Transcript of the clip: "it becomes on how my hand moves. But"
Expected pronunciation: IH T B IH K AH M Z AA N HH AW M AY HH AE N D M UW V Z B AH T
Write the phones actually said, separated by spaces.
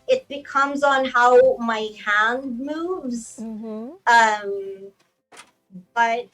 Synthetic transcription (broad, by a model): IH T B IH K AH M Z N HH AW M AY HH AE N D M UW V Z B AH T